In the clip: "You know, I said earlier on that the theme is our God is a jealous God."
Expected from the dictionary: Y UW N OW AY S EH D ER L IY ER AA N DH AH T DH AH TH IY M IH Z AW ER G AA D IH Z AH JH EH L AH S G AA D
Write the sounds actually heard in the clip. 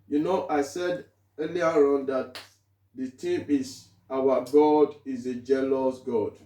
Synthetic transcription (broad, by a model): Y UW N OW AY S EH D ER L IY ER AA N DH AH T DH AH T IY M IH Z AW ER G AA D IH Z AH JH EH L AH S G AA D